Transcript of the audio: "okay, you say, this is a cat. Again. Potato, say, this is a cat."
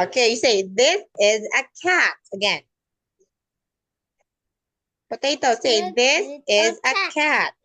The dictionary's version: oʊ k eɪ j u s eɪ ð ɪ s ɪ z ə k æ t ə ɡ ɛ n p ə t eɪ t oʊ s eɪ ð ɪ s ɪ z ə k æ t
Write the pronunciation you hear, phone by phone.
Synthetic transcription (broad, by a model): oʊ k eɪ j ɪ s eɪ ð ɪ s ɪ z ə k æ t ə ɡ ɛ n b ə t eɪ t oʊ s eɪ ð ɪ s ɪ z ə k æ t